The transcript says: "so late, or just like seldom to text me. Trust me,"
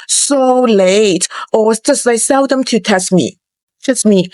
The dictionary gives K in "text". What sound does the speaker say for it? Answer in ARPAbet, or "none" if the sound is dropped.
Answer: none